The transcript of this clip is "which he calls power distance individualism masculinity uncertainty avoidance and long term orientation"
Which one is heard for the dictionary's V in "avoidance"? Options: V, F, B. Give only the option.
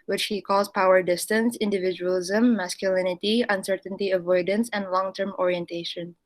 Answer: V